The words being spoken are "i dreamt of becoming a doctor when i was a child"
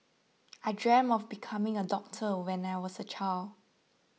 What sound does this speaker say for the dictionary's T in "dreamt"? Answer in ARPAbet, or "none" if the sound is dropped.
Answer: none